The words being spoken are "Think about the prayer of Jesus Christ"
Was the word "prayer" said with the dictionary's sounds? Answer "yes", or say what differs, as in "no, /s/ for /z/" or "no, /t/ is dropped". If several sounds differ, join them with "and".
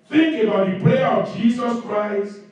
no, /l/ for /ɹ/